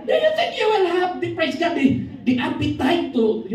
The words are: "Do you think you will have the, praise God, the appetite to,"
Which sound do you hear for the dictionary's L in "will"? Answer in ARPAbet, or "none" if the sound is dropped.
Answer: N